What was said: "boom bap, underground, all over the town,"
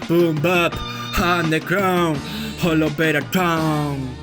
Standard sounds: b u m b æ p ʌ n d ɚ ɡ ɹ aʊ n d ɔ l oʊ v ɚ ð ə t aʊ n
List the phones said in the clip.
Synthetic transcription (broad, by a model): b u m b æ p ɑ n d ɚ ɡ ɹ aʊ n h ɔ l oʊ b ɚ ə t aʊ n